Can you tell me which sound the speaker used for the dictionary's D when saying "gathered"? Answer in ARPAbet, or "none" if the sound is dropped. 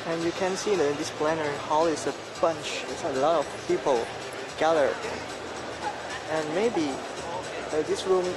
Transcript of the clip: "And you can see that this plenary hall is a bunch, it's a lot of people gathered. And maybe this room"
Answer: none